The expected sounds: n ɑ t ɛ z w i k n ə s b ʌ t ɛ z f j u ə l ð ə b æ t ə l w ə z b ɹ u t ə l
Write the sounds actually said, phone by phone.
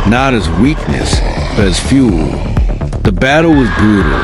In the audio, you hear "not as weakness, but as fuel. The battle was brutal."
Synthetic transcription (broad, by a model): n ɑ t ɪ z w i k n ə s b ʌ t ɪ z f j u l ð ə b æ t l w ə z b ɹ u t l